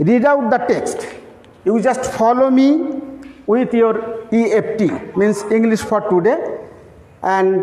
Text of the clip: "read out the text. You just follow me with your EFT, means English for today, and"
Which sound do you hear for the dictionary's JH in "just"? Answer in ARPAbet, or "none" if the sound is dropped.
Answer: JH